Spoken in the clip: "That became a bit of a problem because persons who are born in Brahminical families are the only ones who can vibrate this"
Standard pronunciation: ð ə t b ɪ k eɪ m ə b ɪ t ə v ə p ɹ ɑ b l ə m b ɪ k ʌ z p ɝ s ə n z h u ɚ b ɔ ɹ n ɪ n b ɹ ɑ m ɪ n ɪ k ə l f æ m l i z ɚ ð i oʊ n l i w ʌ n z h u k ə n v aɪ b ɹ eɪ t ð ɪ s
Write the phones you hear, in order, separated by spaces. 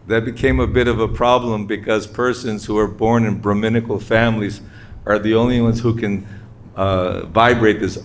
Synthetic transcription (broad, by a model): ð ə t b ɪ k eɪ m ə b ɪ t ə v ə p ɹ ɑ b l ə m b ɪ k ʌ z p ɝ s ə n z h u ɚ b ɔ ɹ n ɪ n b ɹ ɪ m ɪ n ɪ k l f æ m l i z ɚ ð i oʊ n l i w ʌ n z h u k ə n v aɪ b ɹ eɪ t ð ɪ s